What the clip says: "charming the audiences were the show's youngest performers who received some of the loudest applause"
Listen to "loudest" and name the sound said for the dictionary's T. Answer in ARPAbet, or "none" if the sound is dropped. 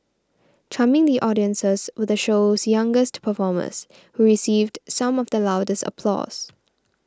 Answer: T